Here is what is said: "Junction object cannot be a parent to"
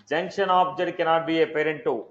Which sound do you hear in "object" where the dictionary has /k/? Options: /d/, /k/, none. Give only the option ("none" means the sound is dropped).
none